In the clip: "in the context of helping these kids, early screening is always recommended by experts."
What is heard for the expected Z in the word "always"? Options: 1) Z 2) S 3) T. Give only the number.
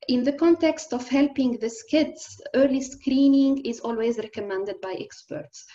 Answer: 1